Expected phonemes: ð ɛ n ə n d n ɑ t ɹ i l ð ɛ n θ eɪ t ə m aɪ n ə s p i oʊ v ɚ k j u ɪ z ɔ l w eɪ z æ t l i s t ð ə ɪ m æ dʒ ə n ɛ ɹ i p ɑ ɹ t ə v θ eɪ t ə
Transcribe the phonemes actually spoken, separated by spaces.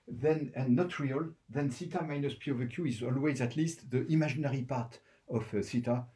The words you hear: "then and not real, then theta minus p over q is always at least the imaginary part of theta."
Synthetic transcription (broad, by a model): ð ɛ n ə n n ɑ t ɹ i l ð ɛ n s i t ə m aɪ n ə s p i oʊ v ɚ k j u ɪ z ɔ l w eɪ z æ t l i s t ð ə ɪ m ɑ ʒ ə n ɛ ɹ i p ɑ ɹ t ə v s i t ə